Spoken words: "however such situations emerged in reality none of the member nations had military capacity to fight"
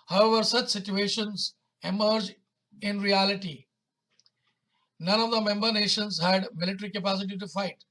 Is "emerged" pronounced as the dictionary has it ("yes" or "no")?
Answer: no